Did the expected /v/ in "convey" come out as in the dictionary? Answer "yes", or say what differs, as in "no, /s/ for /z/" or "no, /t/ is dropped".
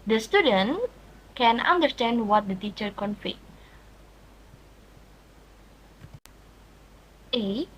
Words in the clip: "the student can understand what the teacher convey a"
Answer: no, /f/ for /v/